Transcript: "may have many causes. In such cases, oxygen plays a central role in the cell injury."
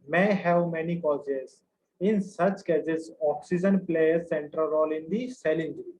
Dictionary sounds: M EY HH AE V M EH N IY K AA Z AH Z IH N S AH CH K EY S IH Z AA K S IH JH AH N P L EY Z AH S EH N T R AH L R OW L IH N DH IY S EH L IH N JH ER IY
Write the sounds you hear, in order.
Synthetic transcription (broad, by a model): M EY HH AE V M EH N IY K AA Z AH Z IH N S AH CH K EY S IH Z AA K S IH JH AH N P L EY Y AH S EH N T R AH L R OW L IH N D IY S EH L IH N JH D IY